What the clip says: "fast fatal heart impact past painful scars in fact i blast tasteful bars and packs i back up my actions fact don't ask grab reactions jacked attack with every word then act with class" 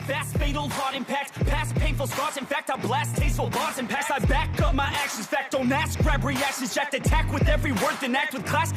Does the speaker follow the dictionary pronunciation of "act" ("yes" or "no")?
yes